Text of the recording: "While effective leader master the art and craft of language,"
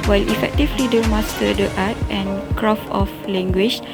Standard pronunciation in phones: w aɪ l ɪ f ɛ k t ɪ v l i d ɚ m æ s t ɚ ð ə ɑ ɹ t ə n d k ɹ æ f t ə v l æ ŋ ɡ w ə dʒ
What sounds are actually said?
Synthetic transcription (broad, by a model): w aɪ l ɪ f ɛ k t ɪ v l i d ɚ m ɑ s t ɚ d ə ɑ t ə n k ɹ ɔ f ə f l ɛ ŋ ɡ w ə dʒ